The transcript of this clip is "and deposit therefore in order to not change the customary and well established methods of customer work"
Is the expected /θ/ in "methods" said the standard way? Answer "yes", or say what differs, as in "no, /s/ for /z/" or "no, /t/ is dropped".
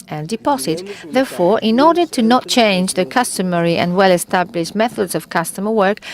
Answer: yes